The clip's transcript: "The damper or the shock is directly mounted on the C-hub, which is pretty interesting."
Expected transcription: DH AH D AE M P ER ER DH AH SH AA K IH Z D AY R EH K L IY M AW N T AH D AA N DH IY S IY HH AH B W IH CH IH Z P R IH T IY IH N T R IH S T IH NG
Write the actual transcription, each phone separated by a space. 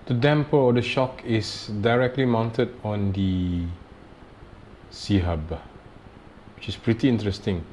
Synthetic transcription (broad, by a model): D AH D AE M P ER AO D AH SH AA K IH S D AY R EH K L IY M AW N T AH D AA N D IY S IY HH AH B W IH CH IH S P R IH T IY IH N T R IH S T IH NG